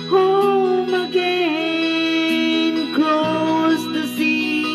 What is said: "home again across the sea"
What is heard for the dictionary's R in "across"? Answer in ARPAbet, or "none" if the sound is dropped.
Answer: L